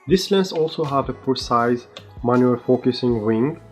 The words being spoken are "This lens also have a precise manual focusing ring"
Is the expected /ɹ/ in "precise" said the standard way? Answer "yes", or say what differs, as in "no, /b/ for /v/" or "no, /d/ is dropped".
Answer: no, /ɹ/ is dropped